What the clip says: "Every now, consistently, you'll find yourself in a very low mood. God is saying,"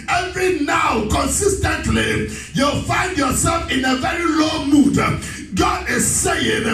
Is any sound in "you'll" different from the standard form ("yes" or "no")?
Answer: no